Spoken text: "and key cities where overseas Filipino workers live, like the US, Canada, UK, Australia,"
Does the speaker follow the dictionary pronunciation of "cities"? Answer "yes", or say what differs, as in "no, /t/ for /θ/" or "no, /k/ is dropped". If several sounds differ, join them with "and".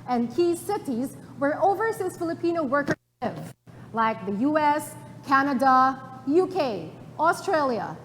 yes